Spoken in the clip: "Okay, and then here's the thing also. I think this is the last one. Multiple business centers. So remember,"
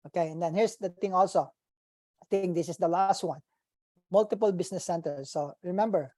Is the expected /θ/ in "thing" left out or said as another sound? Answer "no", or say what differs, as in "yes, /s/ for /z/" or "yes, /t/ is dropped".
yes, /t/ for /θ/